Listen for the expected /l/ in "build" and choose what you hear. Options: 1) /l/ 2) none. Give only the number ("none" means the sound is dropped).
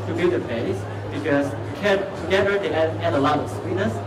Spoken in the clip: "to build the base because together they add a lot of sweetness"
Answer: 2